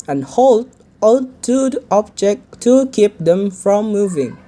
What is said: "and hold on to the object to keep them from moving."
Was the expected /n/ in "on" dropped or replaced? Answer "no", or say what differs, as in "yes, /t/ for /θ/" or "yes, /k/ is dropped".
yes, /l/ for /n/